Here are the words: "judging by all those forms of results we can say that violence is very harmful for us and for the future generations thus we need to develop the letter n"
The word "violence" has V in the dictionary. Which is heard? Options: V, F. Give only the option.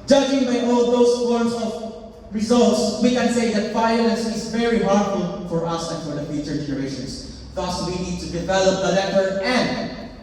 F